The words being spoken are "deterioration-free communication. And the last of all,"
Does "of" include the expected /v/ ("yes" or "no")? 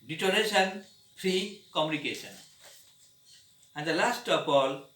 no